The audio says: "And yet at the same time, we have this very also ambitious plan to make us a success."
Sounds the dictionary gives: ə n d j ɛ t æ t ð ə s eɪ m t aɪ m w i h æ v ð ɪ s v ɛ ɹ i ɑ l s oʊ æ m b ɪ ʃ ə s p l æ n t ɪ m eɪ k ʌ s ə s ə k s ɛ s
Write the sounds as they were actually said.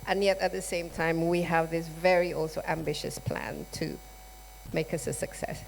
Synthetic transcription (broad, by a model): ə n j ɛ t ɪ t ð ə s eɪ m t aɪ m w i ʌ v ð ɪ s v ɛ ɹ i ɑ l s oʊ æ m b ɪ ʃ ə s p l æ n t ɪ m eɪ k ʌ s ə s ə k s ɛ s